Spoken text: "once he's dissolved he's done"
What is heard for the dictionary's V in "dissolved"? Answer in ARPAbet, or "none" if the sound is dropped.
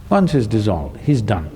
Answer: V